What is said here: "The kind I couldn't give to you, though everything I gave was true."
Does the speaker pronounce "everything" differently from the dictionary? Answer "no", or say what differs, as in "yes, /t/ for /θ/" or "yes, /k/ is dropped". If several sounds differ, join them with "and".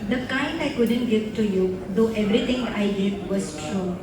yes, /t/ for /θ/